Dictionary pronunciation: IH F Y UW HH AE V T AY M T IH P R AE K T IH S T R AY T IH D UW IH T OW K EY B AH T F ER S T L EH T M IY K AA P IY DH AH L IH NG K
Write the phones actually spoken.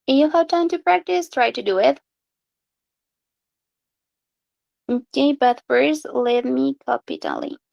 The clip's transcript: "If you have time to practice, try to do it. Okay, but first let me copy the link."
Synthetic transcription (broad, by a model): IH Y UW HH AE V T AY M T IH P R AE K T IH S T R AY T IH D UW IH T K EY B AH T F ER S L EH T M IY K AA P IY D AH L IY